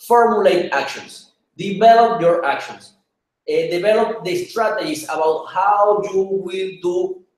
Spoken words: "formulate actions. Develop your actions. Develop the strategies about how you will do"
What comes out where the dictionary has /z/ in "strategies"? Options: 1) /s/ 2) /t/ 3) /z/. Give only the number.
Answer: 1